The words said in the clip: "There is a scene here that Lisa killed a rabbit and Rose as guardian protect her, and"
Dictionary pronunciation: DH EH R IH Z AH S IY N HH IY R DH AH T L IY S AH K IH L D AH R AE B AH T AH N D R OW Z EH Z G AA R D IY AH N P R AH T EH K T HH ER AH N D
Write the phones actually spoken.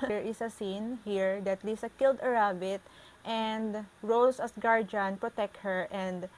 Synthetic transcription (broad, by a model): R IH S AH S IY N HH IY R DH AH T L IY S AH K IH L D AH R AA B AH T AH N D R OW S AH S G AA R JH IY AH N P R AH T EH K T HH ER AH N D